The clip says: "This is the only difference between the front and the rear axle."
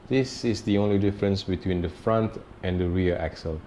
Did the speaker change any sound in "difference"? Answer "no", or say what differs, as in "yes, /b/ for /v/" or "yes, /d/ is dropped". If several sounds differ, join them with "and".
no